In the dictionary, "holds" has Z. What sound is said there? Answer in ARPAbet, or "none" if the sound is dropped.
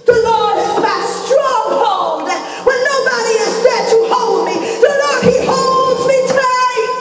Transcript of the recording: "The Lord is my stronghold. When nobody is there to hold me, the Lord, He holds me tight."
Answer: Z